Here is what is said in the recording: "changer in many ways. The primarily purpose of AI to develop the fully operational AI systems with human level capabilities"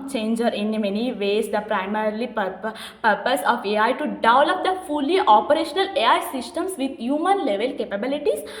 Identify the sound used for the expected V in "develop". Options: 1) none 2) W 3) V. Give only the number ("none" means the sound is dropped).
1